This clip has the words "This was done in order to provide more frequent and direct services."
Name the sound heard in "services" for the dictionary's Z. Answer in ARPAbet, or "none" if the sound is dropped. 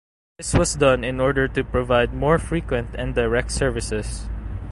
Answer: S